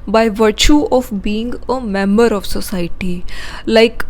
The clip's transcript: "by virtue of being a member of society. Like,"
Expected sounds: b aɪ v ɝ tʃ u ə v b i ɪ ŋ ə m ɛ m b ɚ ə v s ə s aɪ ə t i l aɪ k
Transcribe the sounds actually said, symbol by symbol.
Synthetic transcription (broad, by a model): b aɪ v ɝ tʃ u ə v b i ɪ ŋ ə m ɛ m b ɚ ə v s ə s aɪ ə t i l aɪ k